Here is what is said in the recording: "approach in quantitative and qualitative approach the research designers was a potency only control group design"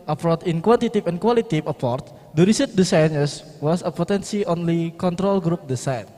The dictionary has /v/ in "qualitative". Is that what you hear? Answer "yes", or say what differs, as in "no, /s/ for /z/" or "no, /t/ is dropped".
no, /p/ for /v/